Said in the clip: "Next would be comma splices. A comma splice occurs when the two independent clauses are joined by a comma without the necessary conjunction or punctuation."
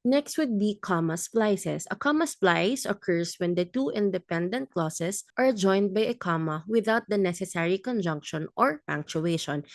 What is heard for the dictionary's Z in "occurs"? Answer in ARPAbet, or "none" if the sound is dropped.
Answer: S